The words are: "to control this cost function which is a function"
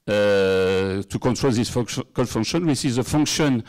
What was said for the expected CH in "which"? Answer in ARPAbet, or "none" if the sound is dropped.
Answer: S